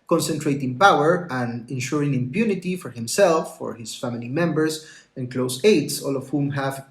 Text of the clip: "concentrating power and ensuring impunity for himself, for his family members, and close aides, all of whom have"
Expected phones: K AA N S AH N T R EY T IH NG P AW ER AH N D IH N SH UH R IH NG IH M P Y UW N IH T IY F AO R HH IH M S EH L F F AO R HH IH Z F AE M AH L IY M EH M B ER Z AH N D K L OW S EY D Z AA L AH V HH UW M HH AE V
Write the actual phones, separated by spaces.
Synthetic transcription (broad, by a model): K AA N S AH N T R EY T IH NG P AW ER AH N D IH N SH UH R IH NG IH M P Y UW N IH T IY F AO R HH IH M S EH L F F AO R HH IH S F AE M AH L IY M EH M B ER S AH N K L OW S EY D S AA L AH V HH UW M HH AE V